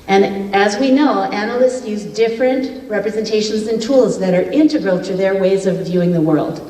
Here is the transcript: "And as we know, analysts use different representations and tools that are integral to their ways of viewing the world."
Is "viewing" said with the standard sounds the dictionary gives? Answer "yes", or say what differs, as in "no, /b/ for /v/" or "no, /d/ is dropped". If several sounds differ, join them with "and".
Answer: yes